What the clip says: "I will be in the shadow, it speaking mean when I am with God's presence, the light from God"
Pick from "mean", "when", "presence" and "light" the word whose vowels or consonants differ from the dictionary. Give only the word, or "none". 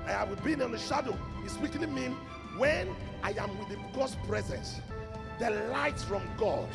none